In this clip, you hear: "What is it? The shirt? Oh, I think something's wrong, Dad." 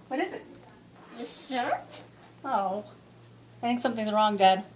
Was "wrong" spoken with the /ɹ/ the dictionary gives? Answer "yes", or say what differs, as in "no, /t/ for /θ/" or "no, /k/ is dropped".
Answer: yes